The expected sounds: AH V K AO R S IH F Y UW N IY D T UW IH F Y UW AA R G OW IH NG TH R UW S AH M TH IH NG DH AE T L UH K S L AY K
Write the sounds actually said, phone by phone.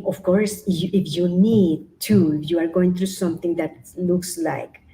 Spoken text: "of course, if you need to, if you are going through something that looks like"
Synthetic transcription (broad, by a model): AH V K AO R S IH F Y UW N IY D T UW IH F Y UW AA R G OW IH NG T R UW S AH M T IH NG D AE T L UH K S L AY K